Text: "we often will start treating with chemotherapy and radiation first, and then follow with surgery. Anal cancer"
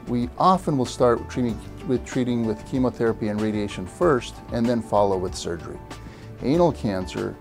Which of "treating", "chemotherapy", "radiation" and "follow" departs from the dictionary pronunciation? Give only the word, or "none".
none